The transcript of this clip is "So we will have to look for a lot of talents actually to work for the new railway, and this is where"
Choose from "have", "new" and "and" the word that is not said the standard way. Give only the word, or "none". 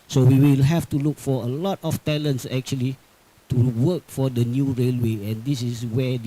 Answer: have